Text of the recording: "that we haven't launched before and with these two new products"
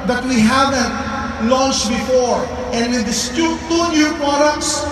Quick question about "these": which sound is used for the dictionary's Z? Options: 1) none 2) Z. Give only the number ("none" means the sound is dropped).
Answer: 1